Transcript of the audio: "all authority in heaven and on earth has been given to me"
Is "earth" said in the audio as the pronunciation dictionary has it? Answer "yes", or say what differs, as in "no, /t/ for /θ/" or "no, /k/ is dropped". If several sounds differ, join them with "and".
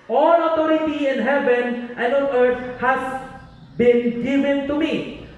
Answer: no, /t/ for /θ/